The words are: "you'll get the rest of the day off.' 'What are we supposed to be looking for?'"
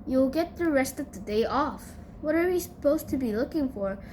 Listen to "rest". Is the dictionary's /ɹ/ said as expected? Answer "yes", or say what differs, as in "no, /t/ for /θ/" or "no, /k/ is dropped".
yes